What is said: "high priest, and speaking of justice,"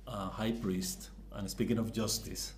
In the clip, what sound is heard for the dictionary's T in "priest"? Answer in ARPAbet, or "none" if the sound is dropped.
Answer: T